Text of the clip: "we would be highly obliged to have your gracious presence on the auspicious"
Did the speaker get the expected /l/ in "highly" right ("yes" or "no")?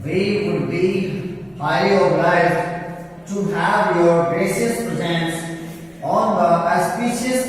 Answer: no